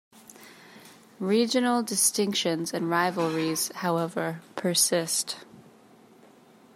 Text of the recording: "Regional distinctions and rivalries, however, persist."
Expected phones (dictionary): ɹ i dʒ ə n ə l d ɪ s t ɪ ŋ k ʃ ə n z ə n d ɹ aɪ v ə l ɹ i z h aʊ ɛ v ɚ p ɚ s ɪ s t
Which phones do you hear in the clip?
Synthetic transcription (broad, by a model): ɹ i dʒ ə n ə l d ɪ s t ɪ ŋ k ʃ ə n z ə n ɹ aɪ v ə l ɹ i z h aʊ ɛ v ɚ p ɚ s ɪ s t